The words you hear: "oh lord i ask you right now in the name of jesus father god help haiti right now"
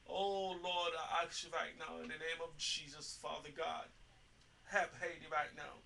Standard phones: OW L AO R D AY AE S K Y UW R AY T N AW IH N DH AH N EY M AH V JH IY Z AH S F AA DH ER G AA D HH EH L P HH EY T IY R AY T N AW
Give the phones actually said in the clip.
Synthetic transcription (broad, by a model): OW L AO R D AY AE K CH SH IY R AY T N AW IH N DH AH N EY M AH V JH IY Z AH S F AA DH ER G AA D HH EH P HH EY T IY R AY T N AW